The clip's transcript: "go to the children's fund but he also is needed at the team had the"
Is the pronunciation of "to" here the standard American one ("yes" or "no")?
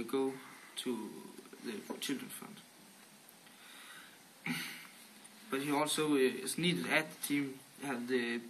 no